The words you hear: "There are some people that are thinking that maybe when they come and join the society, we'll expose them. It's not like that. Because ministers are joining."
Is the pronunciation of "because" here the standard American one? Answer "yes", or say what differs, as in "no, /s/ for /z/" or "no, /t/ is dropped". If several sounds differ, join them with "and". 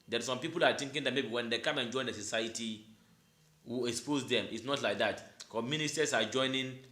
no, /z/ is dropped